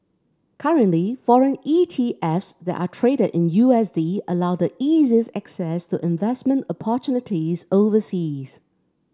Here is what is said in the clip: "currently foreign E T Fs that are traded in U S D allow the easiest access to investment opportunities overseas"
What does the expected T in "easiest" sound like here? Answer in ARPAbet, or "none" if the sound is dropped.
none